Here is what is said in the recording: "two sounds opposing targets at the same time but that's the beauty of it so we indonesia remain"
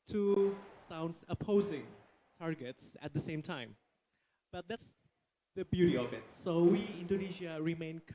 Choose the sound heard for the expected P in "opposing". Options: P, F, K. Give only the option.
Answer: P